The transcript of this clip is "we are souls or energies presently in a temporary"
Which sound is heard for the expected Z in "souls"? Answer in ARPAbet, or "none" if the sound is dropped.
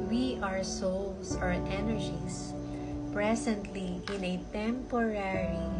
S